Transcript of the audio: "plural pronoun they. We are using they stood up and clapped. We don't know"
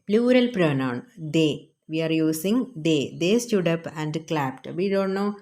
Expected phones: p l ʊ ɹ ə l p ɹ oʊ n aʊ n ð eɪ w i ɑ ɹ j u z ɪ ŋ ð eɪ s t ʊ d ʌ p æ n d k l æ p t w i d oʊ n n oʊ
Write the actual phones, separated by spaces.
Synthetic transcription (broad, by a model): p l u ɹ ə l p ɹ oʊ n aʊ n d eɪ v i ɑ ɹ j u s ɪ ŋ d eɪ s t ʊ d ʌ p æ n d k l æ p t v i d oʊ n n oʊ